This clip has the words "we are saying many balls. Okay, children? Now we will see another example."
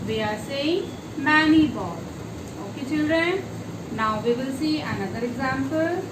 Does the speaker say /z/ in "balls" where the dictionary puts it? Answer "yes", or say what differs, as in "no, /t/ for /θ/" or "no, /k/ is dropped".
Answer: no, /z/ is dropped